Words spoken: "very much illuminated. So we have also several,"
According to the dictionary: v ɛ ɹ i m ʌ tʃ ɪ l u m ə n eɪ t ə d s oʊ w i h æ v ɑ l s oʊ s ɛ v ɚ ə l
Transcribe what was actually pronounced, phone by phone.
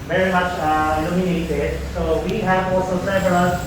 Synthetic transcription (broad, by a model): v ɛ ɹ i m ʌ tʃ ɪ n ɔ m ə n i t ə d s oʊ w i h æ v ɑ l s oʊ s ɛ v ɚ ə